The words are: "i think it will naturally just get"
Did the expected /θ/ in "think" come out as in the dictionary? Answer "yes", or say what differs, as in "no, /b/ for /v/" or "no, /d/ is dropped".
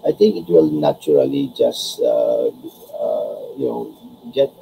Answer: no, /t/ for /θ/